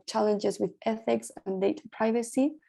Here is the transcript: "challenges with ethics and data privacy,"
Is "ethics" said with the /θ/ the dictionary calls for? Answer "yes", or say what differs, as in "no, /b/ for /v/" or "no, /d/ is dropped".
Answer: yes